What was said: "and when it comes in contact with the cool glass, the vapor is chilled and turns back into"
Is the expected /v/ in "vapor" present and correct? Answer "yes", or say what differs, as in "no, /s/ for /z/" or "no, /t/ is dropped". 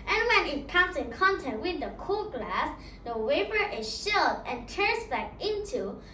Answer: no, /w/ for /v/